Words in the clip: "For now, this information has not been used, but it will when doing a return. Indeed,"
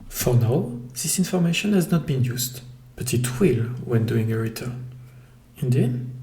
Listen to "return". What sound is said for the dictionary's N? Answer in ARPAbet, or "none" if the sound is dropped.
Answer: none